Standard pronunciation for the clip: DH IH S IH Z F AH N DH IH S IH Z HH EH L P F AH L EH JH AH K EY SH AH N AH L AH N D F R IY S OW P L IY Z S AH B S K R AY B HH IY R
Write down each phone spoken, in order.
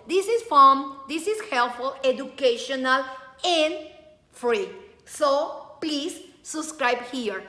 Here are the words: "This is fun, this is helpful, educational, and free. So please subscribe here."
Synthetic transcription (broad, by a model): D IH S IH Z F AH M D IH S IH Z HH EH L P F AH L EH JH AH K EY SH AH N AH L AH N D F R IY S OW P L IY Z S AH B S K R AY B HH IY R